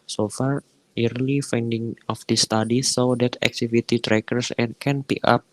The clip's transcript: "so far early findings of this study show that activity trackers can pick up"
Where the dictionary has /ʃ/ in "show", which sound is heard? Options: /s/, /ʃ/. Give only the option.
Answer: /s/